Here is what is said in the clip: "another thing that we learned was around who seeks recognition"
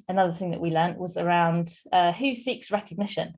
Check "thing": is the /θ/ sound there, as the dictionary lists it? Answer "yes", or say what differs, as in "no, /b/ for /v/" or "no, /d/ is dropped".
yes